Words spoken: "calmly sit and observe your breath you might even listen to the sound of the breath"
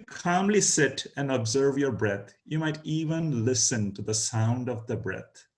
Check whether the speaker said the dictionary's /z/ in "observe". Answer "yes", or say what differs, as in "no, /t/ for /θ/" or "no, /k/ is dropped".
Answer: yes